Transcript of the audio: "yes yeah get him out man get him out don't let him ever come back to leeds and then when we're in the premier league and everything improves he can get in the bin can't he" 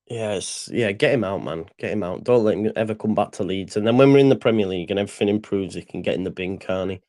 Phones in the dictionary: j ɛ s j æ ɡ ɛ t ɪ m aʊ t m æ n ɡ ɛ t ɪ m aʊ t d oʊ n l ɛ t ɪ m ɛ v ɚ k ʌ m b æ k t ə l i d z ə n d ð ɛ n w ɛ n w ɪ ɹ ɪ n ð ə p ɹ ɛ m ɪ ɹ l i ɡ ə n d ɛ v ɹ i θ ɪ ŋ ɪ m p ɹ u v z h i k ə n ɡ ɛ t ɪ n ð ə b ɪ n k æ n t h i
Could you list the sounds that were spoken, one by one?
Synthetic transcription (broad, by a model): j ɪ s j æ ɡ ɛ t ɪ m aʊ t m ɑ n ɡ ɛ t ɪ m aʊ t d oʊ n l ɛ t ɪ m ɛ v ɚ k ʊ m b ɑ k t ə l i d z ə n ð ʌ n w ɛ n w ɪ ɹ ɪ n ð ə p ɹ ɛ m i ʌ l i ɡ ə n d ɛ v ɹ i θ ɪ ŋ ɪ m p ɹ u v z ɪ k ə n ɡ ɛ t ɪ n ð ə b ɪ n k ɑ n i